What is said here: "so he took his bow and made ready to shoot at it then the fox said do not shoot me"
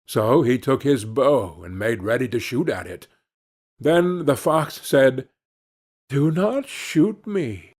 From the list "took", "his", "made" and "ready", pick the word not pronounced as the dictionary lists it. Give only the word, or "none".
none